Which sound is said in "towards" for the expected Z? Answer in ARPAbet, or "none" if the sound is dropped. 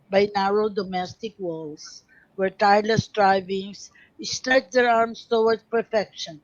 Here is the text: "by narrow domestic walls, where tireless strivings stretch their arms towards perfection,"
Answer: none